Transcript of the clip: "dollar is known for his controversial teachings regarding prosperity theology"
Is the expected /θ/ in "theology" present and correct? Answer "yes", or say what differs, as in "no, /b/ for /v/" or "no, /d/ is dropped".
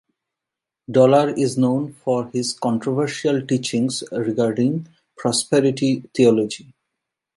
no, /t/ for /θ/